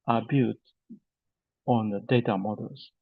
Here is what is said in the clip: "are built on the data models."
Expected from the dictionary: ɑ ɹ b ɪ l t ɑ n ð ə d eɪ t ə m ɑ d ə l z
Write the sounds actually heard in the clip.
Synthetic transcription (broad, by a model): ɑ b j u t ɑ n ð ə d eɪ t ə m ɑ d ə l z